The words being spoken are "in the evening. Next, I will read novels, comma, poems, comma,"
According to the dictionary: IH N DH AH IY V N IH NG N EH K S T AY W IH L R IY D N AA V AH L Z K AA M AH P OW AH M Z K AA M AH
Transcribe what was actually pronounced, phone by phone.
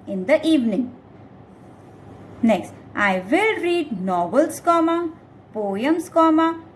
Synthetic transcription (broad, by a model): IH N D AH IY V N IH NG N EH K S T AY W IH L R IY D N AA B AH L S K AA M AH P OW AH M S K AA M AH